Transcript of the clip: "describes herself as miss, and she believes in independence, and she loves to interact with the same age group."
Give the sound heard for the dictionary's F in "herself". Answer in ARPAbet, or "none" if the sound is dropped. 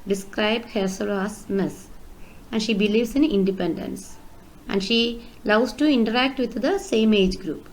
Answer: none